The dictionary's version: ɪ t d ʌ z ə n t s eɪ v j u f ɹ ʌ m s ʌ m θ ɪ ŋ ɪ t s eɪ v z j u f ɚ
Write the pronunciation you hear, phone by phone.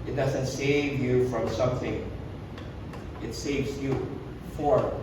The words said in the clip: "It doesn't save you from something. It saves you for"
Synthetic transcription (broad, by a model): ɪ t d ʌ z ə n t s eɪ v j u f ɹ ʌ m s ʌ m θ ɪ ŋ ɪ t s eɪ v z j u f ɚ